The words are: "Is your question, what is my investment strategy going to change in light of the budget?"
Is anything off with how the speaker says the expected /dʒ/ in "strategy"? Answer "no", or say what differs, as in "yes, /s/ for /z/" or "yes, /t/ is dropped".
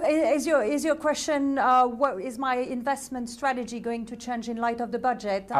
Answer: no